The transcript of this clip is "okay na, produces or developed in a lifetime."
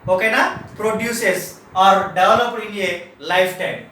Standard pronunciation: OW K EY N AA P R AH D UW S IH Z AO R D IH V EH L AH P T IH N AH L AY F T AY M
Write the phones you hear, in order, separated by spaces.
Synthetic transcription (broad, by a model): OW K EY N AA P R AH D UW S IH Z AO R D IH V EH L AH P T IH L AH L AY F T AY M